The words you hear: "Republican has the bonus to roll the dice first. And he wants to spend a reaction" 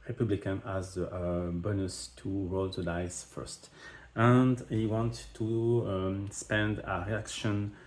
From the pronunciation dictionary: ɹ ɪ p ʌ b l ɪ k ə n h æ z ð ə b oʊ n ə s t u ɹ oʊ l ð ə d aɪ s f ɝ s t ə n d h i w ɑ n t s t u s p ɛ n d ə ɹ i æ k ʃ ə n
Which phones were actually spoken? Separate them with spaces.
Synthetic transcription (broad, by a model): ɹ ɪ p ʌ b l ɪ k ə n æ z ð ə b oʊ n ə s t u ɹ oʊ l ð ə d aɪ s f ɝ s t ə n d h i w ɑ n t t u s p ɛ n d ə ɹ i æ k ʃ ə n